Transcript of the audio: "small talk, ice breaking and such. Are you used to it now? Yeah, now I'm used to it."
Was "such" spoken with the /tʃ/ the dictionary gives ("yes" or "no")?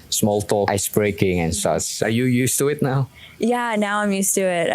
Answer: no